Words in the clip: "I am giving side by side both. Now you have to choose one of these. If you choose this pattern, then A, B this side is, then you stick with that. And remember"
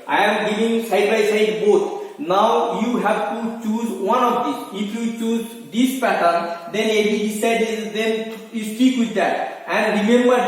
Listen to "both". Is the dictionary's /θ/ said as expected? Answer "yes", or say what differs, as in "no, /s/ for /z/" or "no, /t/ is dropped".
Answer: no, /t/ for /θ/